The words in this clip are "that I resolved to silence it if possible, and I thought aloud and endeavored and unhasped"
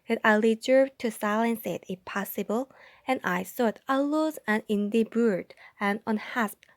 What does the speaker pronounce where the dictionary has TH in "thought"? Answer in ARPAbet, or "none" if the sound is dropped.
S